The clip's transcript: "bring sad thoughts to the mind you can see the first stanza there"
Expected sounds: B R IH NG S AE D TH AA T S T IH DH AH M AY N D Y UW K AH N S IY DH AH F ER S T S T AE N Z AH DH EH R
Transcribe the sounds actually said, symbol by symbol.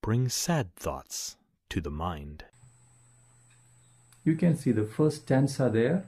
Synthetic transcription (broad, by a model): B R IH NG S AE D TH AA T S T IH DH AH M AY N D Y UW K AH N S IY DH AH F ER S T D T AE N S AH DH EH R